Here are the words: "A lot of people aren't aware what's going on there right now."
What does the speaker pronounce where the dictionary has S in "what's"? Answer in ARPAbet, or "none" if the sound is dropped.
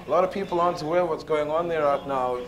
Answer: S